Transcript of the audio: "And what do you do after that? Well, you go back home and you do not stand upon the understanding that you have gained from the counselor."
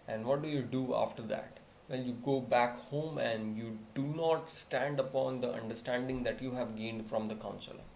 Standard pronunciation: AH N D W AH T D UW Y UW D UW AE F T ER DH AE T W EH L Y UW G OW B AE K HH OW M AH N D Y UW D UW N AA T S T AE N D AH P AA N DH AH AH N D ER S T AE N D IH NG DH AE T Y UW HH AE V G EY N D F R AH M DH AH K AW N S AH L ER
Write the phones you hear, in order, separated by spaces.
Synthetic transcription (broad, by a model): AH N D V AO T D UW Y UW D UW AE F T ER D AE T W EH L Y UW G OW B AE K HH OW M AH N D Y UW D UW N AA T S T AE N D AH P AA N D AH AH N D ER S T AE N D IH NG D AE T Y UW HH AE V G EY N D F R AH M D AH K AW N S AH L